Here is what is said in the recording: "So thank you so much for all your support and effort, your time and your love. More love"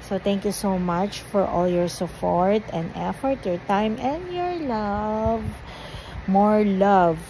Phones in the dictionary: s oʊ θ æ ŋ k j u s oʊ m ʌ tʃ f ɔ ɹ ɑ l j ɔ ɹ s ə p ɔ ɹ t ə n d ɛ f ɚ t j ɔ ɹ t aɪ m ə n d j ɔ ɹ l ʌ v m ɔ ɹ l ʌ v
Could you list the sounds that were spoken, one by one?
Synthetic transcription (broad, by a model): s oʊ t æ ŋ k j u s oʊ m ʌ tʃ f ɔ ɹ ɑ l j ɔ ɹ s ə p ɔ ɹ t ə n d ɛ f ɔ t j ɔ ɹ t aɪ m ə n d j ɔ ɹ l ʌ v m ɔ ɹ l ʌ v